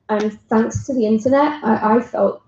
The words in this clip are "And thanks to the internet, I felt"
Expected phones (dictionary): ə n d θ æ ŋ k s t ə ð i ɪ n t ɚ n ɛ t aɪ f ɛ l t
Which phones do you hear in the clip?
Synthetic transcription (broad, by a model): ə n θ æ ŋ k s t ə ð i ɪ n t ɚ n ɛ t aɪ f ɛ l t